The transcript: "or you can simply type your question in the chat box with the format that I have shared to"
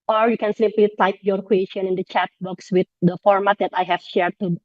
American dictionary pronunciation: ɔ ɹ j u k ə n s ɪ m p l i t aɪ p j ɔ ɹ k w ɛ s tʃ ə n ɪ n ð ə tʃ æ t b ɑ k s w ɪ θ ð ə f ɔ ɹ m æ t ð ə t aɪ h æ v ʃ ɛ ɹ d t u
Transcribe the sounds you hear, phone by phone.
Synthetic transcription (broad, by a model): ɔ ɹ j u k ə n s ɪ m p l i t aɪ p j ɔ ɹ k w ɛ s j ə n ɪ n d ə tʃ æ t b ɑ k s w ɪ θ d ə f ɔ ɹ m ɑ t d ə t aɪ h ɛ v ʃ ɛ ɹ d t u